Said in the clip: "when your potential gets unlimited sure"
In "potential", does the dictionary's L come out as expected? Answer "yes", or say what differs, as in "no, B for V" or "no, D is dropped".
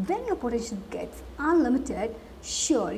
no, N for L